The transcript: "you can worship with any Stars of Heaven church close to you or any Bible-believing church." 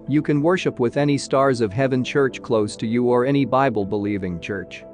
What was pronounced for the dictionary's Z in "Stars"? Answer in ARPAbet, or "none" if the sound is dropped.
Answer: Z